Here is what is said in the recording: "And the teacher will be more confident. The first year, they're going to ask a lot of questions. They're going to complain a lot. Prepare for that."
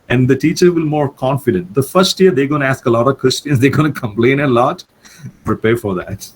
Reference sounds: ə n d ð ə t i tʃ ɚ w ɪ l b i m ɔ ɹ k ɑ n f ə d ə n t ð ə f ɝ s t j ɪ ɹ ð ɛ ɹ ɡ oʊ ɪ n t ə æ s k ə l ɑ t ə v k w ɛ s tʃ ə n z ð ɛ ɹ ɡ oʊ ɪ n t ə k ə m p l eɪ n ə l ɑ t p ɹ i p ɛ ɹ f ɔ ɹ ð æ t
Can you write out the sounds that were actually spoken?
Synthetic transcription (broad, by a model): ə n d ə t i tʃ ɚ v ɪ l m ɔ ɹ k ɑ n f ə d ə n t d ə f ɝ s t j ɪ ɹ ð ɛ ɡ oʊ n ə æ s k ə l ɑ t ə v k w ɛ s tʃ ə n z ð ɛ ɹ ɡ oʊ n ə k ə m p l eɪ n ə l ɑ t p ɹ i p ɛ ɹ f ɔ ɹ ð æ t